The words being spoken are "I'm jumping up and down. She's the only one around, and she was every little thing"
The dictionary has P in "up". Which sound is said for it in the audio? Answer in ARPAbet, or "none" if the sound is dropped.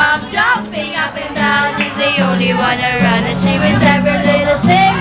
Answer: B